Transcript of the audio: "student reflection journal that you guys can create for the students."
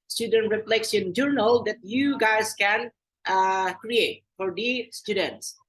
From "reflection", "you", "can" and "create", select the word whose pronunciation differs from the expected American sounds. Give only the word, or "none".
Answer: reflection